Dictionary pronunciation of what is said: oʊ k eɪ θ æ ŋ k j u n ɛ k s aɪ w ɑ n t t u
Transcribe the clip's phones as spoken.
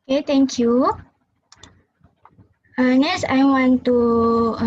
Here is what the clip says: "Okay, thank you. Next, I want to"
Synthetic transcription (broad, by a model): k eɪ t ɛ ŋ k j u n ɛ s aɪ w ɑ n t t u